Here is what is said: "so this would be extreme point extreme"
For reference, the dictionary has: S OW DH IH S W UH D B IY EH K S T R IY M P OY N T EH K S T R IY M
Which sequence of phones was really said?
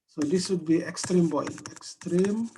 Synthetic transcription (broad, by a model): S OW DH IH S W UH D B IY EH K S T R IY M B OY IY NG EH K S T R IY M